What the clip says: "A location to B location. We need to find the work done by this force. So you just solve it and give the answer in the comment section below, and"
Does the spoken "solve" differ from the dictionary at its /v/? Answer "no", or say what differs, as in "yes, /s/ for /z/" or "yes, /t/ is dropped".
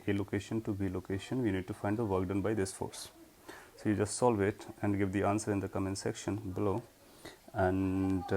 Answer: no